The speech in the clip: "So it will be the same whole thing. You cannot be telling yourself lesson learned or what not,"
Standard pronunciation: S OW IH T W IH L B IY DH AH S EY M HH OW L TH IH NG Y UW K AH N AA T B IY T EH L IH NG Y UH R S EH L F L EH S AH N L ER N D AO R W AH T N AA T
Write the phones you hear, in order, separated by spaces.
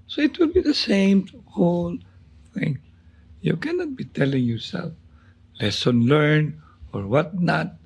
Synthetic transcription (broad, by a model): S OW IH T W IH L B IY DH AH S EY M HH OW L TH IH NG Y UW K AH N AA T B IY T EH L IH NG Y UH R S EH L F L EH S AH N L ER N AO R W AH T N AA T